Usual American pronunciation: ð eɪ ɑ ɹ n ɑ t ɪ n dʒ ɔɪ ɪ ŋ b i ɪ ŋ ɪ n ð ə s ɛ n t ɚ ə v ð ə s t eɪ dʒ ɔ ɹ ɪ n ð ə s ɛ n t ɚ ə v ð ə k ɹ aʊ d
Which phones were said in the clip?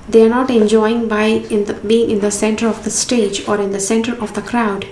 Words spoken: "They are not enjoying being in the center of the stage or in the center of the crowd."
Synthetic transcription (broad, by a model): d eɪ ɑ ɹ n ɑ t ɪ n dʒ ɔɪ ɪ ŋ b i ɪ ŋ ɪ n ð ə s ɛ n t ɚ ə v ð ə s t eɪ dʒ ɔ ɹ ɪ n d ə s ɛ n t ɚ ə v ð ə k ɹ aʊ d